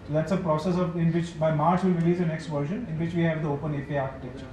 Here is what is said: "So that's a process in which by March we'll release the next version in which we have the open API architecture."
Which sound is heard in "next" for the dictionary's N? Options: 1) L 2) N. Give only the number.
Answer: 2